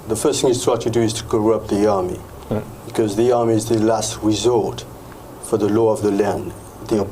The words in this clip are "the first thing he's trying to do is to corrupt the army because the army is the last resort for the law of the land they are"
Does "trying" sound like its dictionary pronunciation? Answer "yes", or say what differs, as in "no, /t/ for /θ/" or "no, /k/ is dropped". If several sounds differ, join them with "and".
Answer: no, /w/ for /ɹ/